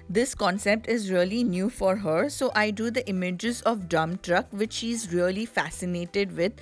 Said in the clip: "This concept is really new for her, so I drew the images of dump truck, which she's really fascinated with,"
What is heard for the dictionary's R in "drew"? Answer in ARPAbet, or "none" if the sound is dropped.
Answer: none